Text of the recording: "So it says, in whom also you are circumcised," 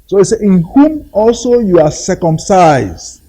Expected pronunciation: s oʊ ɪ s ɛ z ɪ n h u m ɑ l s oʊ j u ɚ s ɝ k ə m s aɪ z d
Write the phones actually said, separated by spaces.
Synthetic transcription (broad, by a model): s oʊ ɪ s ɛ ɪ n h u m ɑ l s oʊ j u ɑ s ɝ k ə m s aɪ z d